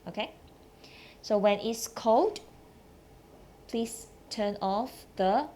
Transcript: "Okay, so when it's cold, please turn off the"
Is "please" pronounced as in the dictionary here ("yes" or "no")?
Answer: no